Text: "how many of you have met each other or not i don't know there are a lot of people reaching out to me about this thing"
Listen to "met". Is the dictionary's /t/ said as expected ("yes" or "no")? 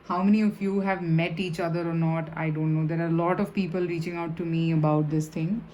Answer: yes